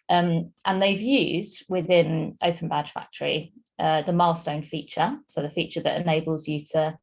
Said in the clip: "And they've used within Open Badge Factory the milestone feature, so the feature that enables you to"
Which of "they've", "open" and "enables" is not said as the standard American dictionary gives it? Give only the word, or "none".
none